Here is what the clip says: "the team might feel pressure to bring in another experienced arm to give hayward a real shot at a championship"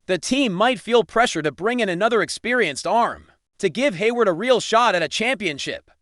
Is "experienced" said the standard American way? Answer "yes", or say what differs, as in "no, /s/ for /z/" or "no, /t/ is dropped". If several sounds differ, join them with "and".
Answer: yes